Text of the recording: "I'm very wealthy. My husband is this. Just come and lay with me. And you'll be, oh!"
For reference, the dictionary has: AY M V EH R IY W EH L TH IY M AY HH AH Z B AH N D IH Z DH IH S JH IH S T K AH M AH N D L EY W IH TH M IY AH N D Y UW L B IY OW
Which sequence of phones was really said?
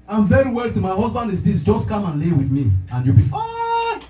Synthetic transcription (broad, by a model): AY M V EH R IY W EH L T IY M AY HH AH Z B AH N D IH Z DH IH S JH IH S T K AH M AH N L EY W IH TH M IY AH N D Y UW B IY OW